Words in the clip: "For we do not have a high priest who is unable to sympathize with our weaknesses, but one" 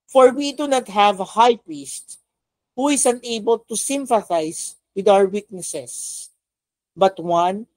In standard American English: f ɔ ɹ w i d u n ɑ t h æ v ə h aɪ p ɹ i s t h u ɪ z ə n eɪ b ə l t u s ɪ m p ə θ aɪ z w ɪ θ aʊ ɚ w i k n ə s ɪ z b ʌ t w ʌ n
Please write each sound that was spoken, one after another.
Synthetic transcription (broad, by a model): f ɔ ɹ w i d u n ɑ t h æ v ə h aɪ p ɹ i s t h u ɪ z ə n eɪ b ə l t u s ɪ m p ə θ aɪ s w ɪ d aʊ ɚ w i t n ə s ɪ s b ʌ t w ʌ n